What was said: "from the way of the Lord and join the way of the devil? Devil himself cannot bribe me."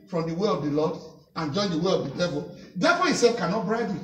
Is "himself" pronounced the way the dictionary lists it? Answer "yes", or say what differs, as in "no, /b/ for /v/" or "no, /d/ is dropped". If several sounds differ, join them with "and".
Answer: no, /m/ is dropped